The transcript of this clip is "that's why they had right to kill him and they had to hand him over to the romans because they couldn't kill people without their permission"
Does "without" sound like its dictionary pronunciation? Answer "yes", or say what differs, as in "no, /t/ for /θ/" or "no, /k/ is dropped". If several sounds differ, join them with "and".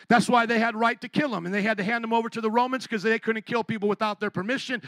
yes